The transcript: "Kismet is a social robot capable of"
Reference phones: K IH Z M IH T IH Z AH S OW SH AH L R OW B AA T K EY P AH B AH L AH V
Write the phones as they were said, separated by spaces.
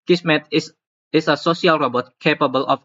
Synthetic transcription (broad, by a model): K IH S M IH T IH S AH S OW S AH L R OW B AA T K EY P AH B AH L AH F